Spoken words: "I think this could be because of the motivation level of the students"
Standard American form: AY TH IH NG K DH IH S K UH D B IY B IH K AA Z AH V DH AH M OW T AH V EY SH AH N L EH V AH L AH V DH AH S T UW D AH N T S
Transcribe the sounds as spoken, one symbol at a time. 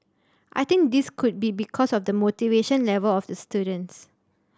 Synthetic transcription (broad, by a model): AY T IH NG K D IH S K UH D B IY B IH K AA S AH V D AH M OW T AH V EY SH AH N L EH V AH L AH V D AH S T UW D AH N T S